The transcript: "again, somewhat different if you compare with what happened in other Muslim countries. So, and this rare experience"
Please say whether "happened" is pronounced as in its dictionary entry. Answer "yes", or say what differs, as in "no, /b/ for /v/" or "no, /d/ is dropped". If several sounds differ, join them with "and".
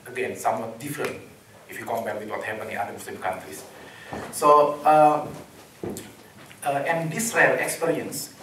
no, /d/ is dropped